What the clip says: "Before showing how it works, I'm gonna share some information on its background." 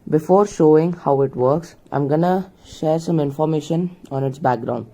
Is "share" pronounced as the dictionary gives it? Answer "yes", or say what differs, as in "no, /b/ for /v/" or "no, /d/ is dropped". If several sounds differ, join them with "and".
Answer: yes